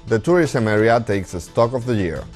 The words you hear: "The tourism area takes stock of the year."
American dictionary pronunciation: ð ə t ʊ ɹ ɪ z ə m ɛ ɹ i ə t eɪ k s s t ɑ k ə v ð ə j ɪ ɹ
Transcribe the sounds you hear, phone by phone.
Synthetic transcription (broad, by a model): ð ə t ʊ ɹ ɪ s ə m ɛ ɹ i ə t eɪ k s s t ɑ k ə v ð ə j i ɹ